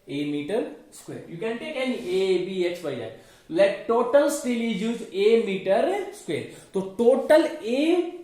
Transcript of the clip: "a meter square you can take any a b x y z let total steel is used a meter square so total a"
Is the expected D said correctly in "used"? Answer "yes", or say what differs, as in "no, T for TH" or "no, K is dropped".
no, D is dropped